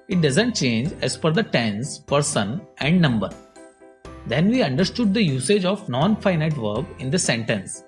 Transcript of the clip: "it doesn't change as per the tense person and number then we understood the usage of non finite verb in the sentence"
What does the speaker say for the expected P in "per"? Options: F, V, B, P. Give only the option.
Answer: F